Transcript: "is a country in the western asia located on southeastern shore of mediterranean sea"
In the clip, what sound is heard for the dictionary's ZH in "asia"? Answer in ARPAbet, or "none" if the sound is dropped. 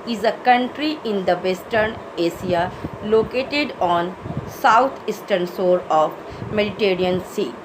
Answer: S